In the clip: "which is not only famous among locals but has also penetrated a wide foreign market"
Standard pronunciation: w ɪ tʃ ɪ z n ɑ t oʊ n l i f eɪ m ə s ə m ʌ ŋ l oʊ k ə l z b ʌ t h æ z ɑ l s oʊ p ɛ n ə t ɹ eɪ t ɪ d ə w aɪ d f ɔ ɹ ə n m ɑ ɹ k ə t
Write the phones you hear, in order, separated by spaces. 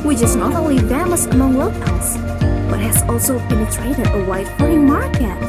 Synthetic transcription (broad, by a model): w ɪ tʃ ɪ z n ɑ t oʊ n l i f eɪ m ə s ə m ʌ ŋ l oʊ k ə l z b ʌ t h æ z ɑ l s oʊ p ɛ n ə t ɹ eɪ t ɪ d ə w aɪ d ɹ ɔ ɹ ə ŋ m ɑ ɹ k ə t